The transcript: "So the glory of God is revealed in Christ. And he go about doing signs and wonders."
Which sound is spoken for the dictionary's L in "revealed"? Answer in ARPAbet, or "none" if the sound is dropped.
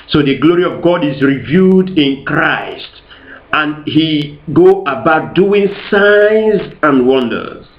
none